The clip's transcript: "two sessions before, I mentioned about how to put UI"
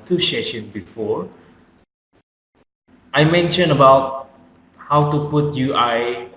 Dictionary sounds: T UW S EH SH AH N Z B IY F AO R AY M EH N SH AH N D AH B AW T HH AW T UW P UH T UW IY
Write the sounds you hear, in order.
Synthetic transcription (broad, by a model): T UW SH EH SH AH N B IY F AO AY M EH N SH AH N AH B AW T HH AW T UW P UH T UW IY